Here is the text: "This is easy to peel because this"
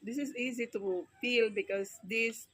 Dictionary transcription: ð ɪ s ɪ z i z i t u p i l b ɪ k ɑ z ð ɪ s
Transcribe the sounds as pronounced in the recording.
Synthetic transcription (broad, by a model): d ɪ s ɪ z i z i t u f i l b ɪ k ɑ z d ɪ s